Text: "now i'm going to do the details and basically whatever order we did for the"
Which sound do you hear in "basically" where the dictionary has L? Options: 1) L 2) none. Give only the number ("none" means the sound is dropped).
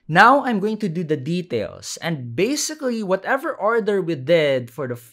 1